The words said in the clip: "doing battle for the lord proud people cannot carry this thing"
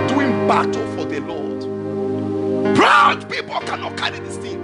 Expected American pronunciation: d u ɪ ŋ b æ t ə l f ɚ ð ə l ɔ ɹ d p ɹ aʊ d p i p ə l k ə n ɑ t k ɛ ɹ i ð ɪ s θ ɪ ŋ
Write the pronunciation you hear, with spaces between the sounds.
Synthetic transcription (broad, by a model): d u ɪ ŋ b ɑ t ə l f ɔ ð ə l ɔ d b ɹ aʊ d p i p ə l k ə n ɑ t k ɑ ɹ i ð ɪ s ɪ